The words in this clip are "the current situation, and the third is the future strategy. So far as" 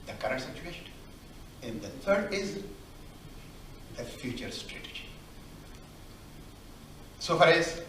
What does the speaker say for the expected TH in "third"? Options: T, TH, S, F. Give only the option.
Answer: T